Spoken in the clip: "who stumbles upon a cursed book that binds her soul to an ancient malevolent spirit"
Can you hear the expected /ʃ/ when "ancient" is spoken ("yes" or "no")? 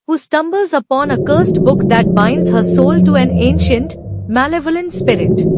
yes